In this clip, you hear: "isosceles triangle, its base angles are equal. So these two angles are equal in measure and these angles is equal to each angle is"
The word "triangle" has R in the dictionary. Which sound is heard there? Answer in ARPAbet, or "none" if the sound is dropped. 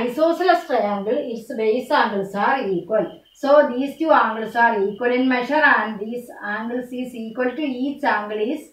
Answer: none